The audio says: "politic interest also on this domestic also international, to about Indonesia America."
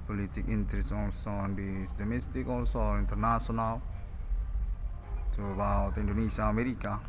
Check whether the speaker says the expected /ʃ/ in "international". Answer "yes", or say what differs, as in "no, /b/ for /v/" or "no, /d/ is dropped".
no, /s/ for /ʃ/